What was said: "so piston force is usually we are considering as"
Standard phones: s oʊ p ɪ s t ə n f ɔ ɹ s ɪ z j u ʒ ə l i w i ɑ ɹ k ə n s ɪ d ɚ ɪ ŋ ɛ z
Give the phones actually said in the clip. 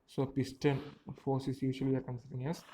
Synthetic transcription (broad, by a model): s oʊ p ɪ s t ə n f ɔ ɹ s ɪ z j u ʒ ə i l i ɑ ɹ k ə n s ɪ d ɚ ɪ ŋ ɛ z